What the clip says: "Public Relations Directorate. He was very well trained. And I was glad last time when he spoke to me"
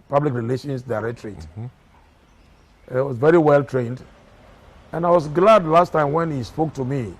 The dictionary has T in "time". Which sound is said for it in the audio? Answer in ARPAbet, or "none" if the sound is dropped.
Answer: T